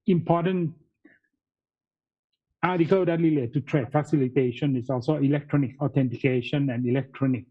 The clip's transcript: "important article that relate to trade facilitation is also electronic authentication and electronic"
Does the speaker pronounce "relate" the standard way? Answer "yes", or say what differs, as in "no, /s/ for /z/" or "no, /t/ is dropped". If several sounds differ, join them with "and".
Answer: no, /l/ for /ɹ/